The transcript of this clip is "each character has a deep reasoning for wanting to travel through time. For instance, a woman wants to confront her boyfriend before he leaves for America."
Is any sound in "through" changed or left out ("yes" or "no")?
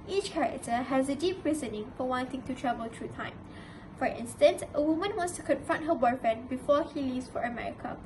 yes